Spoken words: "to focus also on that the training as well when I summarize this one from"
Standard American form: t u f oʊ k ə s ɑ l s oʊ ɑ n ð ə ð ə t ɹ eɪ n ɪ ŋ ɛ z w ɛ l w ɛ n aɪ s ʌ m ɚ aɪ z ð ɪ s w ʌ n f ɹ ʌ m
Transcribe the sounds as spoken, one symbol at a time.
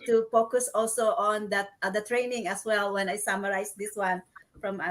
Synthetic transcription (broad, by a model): t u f oʊ k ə s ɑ l s oʊ ɑ n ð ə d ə t ɹ eɪ n ɪ ŋ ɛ s w ɛ l w ɛ n aɪ s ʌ m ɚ aɪ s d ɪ s w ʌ n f ɹ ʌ m